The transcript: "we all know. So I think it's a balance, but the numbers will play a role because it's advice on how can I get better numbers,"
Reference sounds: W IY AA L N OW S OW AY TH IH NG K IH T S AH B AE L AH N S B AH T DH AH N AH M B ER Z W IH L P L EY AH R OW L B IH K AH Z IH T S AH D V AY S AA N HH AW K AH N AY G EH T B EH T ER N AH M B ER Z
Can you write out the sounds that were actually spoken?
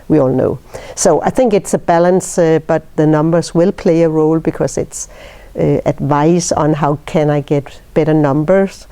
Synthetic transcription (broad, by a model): W IY AA L N OW S OW AY TH IH NG K IH T S AH B AE L AH N S B AH T DH AH N AH M B ER Z W IH L P L EY AH R OW L B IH K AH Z IH T S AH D V AY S N HH AW K AH N AY G EH T B EH T ER N AH M B ER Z